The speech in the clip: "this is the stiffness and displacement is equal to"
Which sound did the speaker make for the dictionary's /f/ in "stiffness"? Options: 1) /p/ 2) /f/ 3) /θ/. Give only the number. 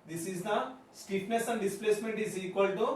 1